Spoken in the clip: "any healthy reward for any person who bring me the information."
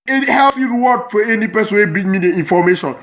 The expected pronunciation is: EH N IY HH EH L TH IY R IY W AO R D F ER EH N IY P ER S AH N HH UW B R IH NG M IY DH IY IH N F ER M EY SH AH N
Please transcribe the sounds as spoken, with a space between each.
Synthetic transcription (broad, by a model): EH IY HH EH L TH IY R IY W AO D F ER EH N IY P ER S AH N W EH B IH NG M IY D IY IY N F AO M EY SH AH N